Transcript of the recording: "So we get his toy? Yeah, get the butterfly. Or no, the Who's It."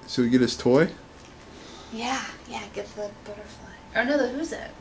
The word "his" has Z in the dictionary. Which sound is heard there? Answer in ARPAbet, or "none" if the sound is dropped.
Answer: S